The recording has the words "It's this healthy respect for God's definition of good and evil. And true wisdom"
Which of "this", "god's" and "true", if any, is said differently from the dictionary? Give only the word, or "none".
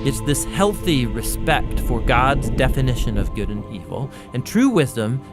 none